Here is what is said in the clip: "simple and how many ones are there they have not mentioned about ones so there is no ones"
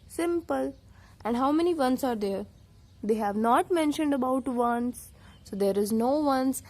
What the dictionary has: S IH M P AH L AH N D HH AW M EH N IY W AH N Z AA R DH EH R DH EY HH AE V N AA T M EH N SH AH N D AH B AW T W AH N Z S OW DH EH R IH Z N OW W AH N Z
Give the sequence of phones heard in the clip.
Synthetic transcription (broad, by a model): S IH M P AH L AH N D HH AW M EH N IY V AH N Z AA R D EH R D EY HH AE V N AA T M EH N SH AH N D AH B AW T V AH N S S OW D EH R IH Z N OW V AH N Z